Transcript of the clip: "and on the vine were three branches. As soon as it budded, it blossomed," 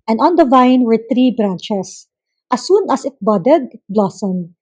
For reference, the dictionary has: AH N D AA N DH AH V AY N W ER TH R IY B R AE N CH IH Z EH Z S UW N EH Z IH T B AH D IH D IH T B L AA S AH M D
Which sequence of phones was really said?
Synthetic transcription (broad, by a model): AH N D AA N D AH V AY N W ER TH R IY B R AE N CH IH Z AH S UW N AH S IH T B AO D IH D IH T B L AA S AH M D